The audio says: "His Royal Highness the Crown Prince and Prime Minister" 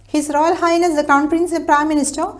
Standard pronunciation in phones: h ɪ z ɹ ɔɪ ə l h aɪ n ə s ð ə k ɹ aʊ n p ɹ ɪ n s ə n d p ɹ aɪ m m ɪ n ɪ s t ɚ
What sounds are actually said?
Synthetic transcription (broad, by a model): h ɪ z ɹ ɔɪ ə l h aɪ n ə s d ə k aʊ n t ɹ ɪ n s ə p ɹ aɪ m m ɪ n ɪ s t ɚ